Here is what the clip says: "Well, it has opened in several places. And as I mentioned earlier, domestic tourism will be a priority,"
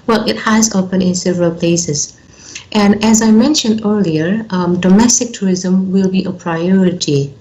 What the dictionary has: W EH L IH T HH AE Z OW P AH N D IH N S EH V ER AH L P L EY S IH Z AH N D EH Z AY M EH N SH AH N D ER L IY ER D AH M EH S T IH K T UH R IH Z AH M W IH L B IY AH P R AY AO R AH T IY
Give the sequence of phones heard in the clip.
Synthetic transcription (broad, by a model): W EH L IH T HH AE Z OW P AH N IH N S EH V ER AH L P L EY S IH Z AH N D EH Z AY M EH N SH AH N D ER L IY ER D AH M EH S T IH K T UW R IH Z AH M W IH L B IY AH P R AY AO R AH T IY